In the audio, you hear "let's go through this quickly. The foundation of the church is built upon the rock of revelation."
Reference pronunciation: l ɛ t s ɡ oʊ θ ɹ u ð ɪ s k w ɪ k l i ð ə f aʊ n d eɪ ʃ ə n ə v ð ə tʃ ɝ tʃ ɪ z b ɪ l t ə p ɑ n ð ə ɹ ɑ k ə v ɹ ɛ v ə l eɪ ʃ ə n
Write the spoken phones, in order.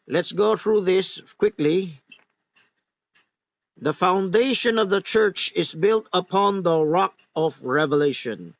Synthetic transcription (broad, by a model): l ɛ t s ɡ oʊ θ ɹ u ð ɪ s k w ɪ k l i ð ə f aʊ n d eɪ ʃ ə n ə v ð ə tʃ ɝ tʃ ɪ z b ɪ l t ə p ɑ n ð ə ɹ ɑ k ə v ɹ ɛ v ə l eɪ ʃ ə n